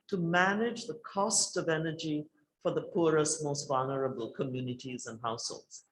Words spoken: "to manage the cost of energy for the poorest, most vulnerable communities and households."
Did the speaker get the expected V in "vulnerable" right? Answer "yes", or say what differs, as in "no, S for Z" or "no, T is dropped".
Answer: yes